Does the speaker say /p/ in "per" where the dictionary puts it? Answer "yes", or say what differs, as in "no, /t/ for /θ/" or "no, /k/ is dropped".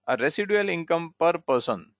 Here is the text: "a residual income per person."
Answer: yes